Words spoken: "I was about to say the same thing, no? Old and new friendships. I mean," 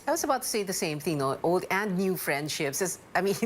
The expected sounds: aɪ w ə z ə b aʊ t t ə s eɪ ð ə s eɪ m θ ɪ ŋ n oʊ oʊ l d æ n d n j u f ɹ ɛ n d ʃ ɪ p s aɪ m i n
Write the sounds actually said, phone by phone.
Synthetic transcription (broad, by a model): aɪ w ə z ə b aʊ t t ə s eɪ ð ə s eɪ m θ ɪ ŋ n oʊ oʊ l d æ n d n j u f ɹ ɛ n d ʃ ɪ p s aɪ m i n